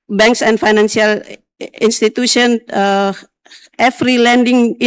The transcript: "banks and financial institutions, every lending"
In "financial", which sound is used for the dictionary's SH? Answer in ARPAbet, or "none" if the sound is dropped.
S